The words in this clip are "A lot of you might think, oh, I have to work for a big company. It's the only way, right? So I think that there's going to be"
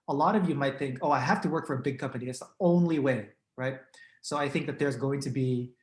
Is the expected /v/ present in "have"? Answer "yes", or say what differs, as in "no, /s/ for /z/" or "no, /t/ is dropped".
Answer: no, /f/ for /v/